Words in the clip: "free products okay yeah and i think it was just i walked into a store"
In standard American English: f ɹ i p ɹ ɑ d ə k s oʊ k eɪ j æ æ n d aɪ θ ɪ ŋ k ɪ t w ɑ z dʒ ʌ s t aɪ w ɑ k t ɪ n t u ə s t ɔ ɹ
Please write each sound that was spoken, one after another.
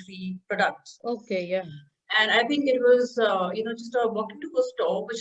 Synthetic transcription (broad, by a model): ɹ i p ɹ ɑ d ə k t oʊ k eɪ j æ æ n d aɪ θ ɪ ŋ k ɪ t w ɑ z dʒ ʌ s t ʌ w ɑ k ɪ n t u ə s t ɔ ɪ